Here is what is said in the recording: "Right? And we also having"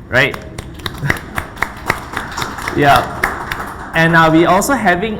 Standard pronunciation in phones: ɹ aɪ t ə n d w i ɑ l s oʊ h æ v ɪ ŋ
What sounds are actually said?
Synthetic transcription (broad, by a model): ɹ aɪ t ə n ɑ w i ɑ l s oʊ h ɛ v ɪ ŋ